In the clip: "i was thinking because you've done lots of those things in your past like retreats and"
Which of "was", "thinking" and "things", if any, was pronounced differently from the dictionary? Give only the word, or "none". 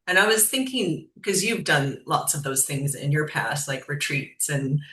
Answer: none